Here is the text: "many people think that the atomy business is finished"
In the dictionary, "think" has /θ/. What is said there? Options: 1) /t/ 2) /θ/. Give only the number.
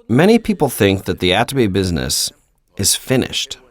2